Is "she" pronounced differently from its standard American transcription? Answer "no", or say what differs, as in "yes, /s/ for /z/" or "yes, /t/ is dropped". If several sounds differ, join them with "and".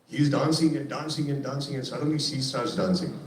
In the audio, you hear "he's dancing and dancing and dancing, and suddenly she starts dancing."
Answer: yes, /s/ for /ʃ/